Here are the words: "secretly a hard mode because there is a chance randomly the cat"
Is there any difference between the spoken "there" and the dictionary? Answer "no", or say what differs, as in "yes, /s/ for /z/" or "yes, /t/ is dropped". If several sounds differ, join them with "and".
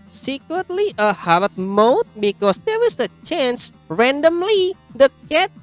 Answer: yes, /w/ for /ɹ/